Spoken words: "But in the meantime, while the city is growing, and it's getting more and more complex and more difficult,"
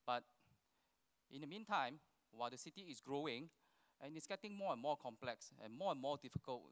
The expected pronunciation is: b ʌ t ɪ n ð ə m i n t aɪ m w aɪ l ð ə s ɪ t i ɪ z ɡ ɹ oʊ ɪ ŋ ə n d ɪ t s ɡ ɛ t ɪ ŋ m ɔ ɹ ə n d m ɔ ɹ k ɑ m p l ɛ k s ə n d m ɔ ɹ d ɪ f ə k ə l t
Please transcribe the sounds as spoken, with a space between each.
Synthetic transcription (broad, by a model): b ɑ t ɪ n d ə m i n t aɪ m w aɪ l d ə s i t i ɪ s ɡ ɹ oʊ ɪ ŋ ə n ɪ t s ɡ ɛ t ɪ ŋ m ɔ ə n m ɔ k ɑ m p l ɛ k s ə n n m ɔ d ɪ f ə k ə l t